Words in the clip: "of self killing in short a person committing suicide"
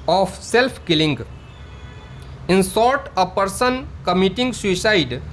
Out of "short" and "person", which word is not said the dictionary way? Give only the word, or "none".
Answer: short